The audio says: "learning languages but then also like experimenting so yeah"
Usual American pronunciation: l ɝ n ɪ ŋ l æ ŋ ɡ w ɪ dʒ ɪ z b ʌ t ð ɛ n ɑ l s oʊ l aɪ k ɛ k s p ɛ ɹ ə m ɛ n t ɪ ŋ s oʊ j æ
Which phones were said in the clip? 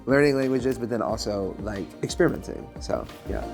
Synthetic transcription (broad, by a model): l ɝ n ɪ ŋ l æ ŋ ɡ w ɪ dʒ ɪ z b ʌ t ð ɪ n ɑ l s oʊ l aɪ k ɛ k s p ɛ ɹ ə m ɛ n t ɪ ŋ s oʊ j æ